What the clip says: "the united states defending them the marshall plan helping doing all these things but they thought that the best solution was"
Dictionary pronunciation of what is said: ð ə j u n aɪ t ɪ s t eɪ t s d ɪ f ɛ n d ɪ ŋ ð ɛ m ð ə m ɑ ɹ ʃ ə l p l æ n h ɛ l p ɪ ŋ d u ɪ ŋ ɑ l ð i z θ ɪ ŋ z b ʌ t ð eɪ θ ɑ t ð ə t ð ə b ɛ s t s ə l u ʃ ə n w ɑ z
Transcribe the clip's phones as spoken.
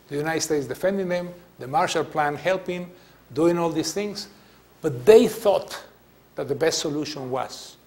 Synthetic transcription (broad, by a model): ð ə j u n aɪ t s t eɪ t s d ɪ f ɛ n d ɪ ŋ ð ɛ m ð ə m ɑ ɹ ʃ ə l p l æ n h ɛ l p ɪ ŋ d u ɪ ŋ ɑ l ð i s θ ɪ ŋ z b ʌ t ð eɪ θ ɑ t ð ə t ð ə b ɛ s t s ə l u ʃ ə n w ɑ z